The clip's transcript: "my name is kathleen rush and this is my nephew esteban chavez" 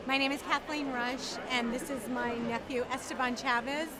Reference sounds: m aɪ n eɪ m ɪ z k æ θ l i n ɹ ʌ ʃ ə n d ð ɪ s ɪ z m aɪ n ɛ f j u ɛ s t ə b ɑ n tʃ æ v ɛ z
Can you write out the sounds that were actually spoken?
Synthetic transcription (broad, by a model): m aɪ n eɪ m ɪ z k æ θ l i n ɹ ʌ ʃ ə n ð ɪ s ɪ z m aɪ n ɛ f j u ɛ s t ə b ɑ n tʃ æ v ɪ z